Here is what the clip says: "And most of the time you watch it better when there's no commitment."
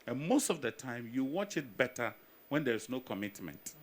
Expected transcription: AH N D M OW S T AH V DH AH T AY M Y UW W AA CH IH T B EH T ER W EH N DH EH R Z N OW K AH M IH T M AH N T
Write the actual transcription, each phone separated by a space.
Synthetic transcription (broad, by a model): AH N M OW S T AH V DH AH T AY M Y UW W AA CH IH T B EH T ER W EH N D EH R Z N OW K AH M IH T M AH N T